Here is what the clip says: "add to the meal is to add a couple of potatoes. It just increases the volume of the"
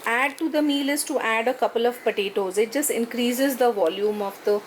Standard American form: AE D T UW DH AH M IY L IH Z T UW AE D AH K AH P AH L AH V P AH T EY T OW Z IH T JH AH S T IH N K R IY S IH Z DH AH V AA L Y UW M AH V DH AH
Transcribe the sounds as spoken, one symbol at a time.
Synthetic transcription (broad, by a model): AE D T UW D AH M IY L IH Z T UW AE D AH K AH P AH L AH V P AH T EY T OW Z IH T JH AH S T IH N K R IY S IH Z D AH V AA L Y UW M AH V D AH